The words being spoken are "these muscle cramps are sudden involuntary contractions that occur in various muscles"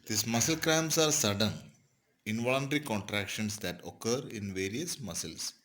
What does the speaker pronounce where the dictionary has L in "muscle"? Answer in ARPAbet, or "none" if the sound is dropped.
L